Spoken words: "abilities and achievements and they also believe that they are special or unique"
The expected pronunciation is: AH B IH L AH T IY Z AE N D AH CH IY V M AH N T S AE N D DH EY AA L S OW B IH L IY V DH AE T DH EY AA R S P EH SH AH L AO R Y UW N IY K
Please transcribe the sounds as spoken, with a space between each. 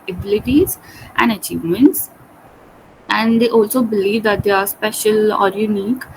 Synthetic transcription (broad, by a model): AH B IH L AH T IY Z AE N D AH CH IY V M AH N T S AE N D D EY AA L S OW B IH L IY V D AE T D EY AA R S P EH SH AH L AO R Y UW N IY K